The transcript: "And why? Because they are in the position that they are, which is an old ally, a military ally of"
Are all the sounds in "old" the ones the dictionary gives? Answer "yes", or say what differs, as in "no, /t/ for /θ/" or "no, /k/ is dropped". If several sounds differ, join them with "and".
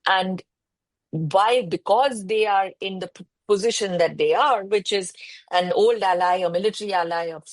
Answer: yes